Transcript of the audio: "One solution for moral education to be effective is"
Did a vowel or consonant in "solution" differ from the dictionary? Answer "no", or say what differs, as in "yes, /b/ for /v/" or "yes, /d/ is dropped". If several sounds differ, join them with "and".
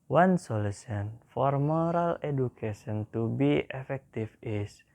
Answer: yes, /s/ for /ʃ/